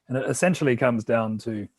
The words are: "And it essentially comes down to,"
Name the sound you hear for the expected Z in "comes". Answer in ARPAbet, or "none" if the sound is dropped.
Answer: Z